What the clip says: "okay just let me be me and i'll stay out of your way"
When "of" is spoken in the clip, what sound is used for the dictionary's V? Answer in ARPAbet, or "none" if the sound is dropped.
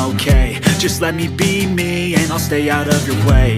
V